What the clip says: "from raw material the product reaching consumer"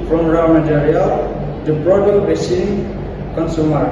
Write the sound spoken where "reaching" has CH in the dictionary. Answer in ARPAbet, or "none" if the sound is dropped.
S